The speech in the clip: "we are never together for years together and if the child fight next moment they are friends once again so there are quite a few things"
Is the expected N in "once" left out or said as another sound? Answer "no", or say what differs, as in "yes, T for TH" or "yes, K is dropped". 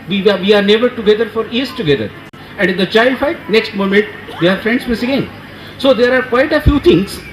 yes, N is dropped